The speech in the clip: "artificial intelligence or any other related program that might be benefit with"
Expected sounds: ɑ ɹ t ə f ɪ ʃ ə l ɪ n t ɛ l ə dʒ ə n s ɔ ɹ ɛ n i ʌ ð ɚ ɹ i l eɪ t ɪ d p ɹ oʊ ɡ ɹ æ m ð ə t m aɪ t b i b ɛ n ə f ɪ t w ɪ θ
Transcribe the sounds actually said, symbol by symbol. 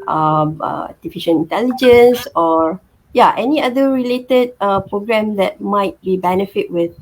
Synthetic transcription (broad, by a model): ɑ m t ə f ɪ ʃ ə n ɪ n t ɛ l ə dʒ ə n s ɔ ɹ ɛ n i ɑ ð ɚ ɹ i l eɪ t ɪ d p ɹ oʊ ɡ ɹ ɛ m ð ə t m aɪ t b i b ɛ n ə f ɪ t w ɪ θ